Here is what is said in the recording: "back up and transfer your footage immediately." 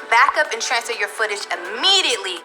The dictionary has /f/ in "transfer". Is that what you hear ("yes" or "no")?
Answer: no